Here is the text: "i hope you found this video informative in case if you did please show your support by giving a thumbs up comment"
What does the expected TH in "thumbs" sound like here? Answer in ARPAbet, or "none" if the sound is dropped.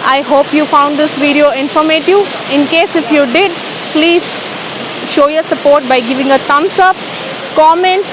T